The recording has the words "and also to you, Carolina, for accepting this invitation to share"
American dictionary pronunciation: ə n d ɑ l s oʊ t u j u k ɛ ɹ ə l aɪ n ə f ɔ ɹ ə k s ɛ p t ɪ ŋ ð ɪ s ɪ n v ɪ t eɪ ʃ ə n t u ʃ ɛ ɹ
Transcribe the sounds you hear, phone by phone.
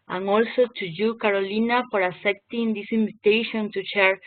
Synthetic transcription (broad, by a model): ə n ɑ l s oʊ t u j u k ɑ ɹ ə l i n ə f ɔ ɹ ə s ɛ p t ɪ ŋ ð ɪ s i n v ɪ t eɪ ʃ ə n t u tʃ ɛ ɹ